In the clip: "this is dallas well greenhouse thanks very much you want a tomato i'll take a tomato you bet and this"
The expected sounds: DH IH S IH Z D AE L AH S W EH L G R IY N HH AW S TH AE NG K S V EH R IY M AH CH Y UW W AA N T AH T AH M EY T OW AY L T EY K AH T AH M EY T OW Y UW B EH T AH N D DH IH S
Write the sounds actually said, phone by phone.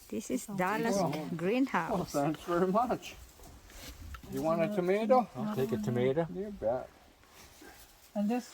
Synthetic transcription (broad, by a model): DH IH S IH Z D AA L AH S G R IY N HH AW TH AE NG K S V EH R IY M AH CH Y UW W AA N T AH T AH M EY T OW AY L T EY K AH T AH M EY T OW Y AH B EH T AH N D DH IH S